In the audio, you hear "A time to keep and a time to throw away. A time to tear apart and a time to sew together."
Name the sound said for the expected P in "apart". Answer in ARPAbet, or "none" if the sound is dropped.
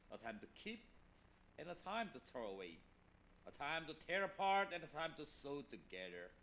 P